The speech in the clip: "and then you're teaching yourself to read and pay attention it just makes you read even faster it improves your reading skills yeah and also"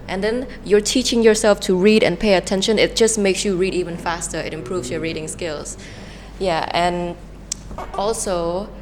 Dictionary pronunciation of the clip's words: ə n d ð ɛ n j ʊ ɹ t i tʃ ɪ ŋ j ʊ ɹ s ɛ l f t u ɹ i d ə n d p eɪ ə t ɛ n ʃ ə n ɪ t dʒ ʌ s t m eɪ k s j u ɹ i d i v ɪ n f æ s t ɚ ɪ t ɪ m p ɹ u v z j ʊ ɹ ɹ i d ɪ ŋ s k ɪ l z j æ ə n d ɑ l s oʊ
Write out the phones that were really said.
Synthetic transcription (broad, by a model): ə n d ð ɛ n j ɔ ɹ t i tʃ ɪ ŋ j ʊ ɹ s ɛ l f t u ɹ i d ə n p eɪ ə t ɛ n ʃ ə n ɪ t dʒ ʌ s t m eɪ k s j u ɹ i d i v ɪ n f æ s t ɚ ɪ t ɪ m p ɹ u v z j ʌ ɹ ɹ i d ɪ ŋ s k ɪ l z j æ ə n ɑ l s oʊ